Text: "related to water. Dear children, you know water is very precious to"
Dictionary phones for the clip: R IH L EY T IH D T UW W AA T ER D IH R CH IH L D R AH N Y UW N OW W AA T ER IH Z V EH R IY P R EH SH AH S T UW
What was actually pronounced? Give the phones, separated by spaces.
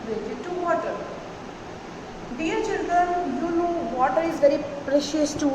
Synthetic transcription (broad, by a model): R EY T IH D T UW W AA T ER D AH R CH IH L D R AH N Y UW N OW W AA T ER IH Z V EH R IY P R EH SH AH S T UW